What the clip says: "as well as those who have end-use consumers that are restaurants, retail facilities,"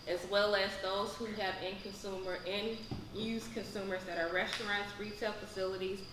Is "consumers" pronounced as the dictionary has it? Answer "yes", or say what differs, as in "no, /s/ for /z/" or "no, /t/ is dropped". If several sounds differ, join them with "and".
yes